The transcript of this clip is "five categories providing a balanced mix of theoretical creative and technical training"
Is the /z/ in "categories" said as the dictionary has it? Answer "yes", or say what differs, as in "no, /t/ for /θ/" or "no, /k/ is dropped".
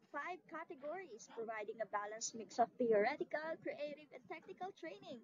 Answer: no, /s/ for /z/